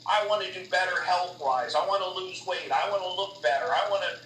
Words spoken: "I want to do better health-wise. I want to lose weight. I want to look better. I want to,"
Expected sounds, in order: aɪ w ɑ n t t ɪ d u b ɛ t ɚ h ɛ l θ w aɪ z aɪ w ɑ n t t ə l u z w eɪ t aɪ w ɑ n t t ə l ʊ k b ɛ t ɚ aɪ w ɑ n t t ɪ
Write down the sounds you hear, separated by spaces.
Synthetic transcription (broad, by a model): aɪ w ɑ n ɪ d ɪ b ɛ t ɚ h ɛ l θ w aɪ z aɪ w ɑ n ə l u z w eɪ t aɪ w ɑ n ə l ʊ k b ɛ t ɚ aɪ w ɑ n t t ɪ